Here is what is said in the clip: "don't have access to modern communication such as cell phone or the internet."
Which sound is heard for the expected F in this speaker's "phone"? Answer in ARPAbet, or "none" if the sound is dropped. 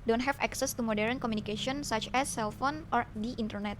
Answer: F